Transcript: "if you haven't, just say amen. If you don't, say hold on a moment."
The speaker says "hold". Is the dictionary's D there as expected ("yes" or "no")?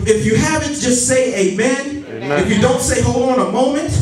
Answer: no